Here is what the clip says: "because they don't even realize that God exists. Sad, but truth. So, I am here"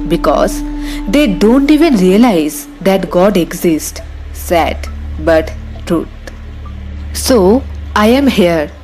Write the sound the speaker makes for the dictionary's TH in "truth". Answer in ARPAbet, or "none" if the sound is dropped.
T